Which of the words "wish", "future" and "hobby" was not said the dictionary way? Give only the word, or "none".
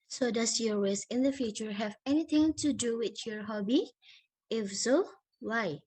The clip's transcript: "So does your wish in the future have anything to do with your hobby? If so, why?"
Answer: wish